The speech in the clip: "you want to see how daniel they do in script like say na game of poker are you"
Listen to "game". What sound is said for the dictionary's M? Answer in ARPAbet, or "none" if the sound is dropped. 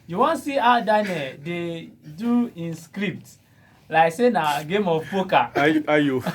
M